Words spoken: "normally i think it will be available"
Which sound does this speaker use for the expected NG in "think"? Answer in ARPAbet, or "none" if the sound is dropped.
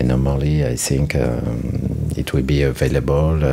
NG